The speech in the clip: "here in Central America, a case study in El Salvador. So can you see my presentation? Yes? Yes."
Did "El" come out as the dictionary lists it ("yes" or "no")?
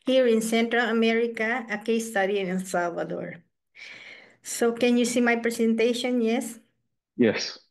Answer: no